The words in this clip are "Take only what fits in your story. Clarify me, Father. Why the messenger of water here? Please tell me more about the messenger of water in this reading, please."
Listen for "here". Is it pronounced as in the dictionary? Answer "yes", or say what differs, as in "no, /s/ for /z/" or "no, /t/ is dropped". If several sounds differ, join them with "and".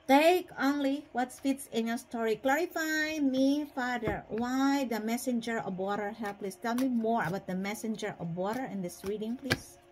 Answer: no, /l/ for /ɹ/